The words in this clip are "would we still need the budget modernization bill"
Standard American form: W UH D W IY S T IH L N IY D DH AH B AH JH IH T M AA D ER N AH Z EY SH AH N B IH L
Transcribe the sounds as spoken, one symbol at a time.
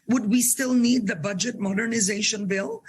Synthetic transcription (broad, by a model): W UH D W IY S T IH L N IY D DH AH B AH JH IH T M AA D ER N AH Z EY SH AH N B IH L